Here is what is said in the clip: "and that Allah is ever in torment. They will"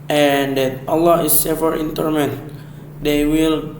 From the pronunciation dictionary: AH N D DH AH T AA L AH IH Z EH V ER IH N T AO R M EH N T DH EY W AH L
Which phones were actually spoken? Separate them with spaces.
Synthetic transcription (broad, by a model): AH N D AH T AA L AH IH S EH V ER IH N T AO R M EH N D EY W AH L